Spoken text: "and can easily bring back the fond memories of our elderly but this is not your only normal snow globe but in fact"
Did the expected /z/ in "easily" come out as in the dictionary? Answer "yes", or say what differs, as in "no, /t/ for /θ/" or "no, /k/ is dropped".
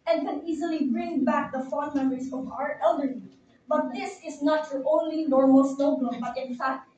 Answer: yes